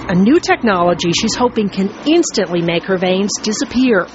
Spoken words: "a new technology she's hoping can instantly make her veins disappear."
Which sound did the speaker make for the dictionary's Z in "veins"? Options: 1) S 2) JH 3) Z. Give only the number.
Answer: 3